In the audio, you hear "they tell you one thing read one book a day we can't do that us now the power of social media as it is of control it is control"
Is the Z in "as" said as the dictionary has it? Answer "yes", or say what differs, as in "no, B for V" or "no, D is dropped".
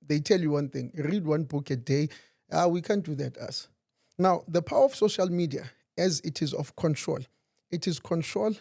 yes